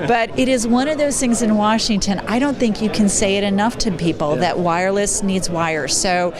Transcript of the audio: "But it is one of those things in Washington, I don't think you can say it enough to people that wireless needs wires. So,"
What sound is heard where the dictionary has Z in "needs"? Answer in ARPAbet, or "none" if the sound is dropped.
Z